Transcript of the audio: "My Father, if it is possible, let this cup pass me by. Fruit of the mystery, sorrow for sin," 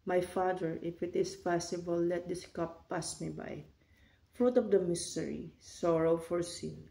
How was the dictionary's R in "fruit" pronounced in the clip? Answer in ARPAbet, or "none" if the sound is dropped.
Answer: R